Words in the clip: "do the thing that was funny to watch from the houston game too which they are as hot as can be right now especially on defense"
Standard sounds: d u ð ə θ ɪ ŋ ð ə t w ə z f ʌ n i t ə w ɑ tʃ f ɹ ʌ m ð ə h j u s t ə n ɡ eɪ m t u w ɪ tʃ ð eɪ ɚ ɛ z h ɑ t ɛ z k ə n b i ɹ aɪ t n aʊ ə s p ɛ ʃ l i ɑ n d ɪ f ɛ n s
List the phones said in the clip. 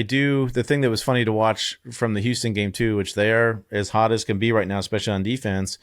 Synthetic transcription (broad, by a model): d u ð ə θ ɪ ŋ ð ə t w ə z f ʌ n i t ə w ɑ tʃ f ɹ ʌ m ð ə h j u s t ə n ɡ eɪ m t u w ɪ tʃ ð ɚ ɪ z h ɑ t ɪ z k ə n b i ɹ aɪ t n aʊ ə s p ɛ ʃ l i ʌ n d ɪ f ɛ n s